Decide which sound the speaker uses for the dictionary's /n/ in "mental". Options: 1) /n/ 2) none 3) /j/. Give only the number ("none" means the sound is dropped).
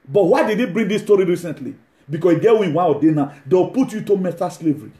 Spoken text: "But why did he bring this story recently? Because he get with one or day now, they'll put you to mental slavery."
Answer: 2